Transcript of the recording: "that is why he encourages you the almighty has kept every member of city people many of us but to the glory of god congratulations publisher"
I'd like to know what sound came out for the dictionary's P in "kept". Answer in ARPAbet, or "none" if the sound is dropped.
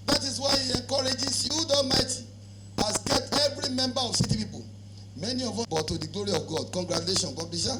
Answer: none